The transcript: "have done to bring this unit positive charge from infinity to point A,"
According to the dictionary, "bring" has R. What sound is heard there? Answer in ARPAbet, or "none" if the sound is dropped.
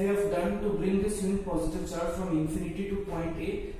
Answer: R